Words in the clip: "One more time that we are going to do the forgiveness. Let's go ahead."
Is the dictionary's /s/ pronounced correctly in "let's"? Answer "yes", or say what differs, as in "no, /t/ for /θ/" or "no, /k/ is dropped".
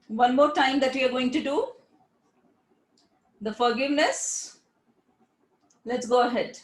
yes